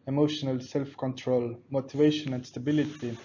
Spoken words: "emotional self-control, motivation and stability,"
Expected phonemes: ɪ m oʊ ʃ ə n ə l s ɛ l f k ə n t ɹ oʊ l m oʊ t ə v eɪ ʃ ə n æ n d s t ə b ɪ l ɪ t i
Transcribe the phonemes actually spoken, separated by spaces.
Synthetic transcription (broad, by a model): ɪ m oʊ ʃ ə n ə l s ɛ l f k ə n t ɹ oʊ l m oʊ t ə v eɪ ʃ ə n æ n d s t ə b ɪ l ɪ t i